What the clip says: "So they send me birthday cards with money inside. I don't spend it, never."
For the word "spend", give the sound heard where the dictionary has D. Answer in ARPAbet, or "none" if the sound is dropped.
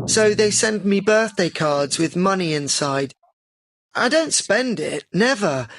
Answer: D